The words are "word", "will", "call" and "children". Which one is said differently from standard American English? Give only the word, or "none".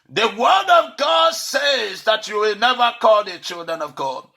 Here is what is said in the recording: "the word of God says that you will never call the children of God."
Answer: none